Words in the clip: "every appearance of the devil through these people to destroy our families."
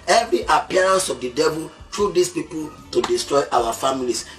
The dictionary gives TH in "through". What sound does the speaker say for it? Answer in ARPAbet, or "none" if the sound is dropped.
T